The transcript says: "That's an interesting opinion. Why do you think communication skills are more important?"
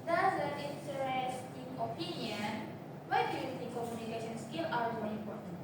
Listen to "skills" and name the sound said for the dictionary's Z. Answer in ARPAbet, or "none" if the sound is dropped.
none